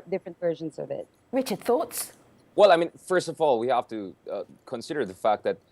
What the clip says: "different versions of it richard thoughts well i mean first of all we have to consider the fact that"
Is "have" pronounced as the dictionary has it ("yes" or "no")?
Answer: no